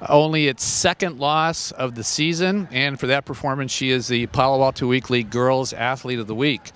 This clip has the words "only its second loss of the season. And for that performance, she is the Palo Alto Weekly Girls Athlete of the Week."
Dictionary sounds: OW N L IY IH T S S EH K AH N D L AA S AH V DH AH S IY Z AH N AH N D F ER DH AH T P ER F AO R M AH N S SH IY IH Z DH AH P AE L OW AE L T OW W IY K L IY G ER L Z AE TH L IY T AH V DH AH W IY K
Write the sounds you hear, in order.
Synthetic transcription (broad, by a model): OW N L IY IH T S S EH K AH N D L AA S AH V DH AH S IY Z AH N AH N F ER DH AH T P ER F AO R M AH N S SH IY IH Z DH AH P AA L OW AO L T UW W IY K L IY G ER L Z AE TH L IY T AH V DH AH W IY K